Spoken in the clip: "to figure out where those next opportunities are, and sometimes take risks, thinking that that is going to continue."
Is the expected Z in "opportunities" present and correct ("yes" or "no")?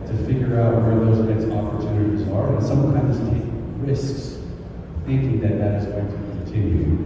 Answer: yes